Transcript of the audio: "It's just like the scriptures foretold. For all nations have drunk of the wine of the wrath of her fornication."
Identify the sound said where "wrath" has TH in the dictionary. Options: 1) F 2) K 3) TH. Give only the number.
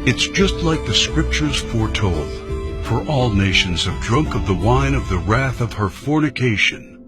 3